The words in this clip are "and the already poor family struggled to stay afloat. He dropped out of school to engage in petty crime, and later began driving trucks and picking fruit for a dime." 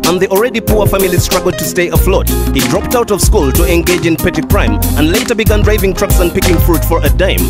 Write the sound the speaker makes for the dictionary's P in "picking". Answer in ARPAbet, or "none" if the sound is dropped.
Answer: P